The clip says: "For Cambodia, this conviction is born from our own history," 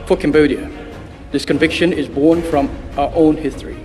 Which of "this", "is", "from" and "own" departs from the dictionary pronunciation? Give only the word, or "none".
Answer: none